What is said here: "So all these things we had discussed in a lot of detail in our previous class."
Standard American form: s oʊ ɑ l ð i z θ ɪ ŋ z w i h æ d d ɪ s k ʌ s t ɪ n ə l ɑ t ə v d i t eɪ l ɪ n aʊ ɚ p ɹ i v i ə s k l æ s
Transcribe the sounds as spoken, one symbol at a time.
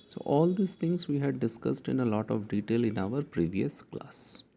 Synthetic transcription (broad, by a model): s oʊ ɑ l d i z t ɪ ŋ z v i h æ d d ɪ s k ʌ s t ɪ n ə l ɑ t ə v d i t eɪ l ɪ n aʊ ɚ p ɹ i v i ə s k l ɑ s